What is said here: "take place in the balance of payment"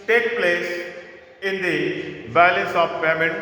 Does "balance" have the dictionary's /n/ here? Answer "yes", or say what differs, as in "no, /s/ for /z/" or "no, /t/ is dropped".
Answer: no, /n/ is dropped